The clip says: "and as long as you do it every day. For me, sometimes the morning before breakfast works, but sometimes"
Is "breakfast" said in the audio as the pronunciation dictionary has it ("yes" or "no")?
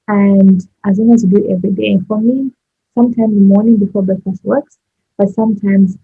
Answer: no